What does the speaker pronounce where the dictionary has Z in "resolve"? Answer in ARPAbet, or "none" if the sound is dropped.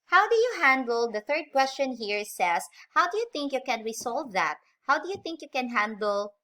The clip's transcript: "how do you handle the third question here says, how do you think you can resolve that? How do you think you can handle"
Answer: S